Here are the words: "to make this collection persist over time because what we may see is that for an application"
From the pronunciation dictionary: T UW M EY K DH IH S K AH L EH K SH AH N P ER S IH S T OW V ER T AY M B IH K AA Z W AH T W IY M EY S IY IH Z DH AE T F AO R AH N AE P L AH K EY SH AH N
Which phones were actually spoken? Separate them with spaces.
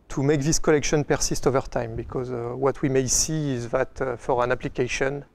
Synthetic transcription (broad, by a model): T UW M EY K DH IH S K AH L EH K SH AH N P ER S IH S T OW V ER T AY M B IH K AA Z W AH T W IY M EY S IY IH Z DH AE T F AO R AH N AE P L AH K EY SH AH N